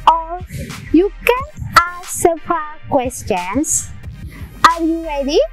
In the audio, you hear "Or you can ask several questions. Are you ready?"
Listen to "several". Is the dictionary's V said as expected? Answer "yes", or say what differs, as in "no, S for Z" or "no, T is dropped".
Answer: no, P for V